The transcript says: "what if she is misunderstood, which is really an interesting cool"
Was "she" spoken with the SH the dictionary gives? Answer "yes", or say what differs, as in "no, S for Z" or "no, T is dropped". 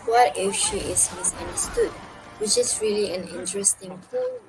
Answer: yes